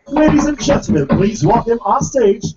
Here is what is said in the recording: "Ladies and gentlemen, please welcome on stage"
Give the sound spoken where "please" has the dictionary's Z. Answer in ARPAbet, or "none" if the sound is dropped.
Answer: Z